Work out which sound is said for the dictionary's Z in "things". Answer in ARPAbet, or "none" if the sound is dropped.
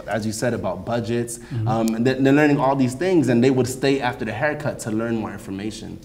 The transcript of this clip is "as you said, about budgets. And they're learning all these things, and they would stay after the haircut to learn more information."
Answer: Z